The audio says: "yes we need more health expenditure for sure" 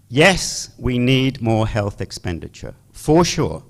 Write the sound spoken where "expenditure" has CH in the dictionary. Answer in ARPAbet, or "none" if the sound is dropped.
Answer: CH